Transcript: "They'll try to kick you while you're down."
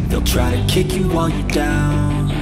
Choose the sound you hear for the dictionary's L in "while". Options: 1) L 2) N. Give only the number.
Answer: 2